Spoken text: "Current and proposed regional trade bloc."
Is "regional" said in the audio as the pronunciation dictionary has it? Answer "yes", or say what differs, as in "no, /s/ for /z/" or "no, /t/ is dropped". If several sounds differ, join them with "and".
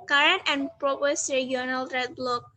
no, /dʒ/ is dropped